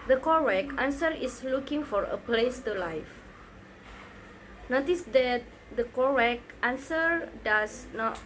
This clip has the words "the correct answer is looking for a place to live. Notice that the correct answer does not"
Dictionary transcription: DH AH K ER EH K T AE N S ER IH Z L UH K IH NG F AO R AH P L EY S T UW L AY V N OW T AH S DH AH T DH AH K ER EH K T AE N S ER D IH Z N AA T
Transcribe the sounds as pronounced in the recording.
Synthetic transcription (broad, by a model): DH AH K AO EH K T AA N S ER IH S L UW K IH NG F AO R AH P L EY S T UW L AY F N OW T AH S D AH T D AH K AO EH K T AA N S ER D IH S N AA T